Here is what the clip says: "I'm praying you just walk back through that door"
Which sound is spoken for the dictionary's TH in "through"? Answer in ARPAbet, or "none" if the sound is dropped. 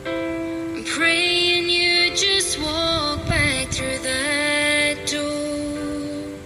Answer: TH